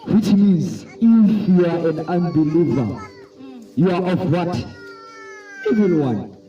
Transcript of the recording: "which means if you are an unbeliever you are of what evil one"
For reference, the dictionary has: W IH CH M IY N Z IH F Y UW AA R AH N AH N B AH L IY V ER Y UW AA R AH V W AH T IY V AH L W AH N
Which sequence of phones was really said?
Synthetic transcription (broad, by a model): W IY CH M IY N Z IH F Y UW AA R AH N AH N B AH L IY V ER Y UW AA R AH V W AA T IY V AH N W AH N